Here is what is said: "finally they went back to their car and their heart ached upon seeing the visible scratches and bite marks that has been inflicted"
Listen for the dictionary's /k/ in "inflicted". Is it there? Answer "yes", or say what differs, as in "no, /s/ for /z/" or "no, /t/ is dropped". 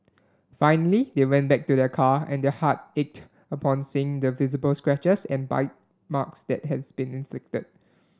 yes